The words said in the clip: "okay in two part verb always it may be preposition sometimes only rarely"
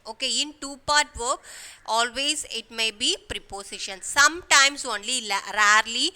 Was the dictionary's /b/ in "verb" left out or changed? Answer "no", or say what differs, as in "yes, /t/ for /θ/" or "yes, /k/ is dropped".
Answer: yes, /b/ is dropped